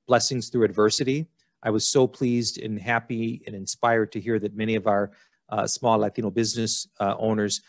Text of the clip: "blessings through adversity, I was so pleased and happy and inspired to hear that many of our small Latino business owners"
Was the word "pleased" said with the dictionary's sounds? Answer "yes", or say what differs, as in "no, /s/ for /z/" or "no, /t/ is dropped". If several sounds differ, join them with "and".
yes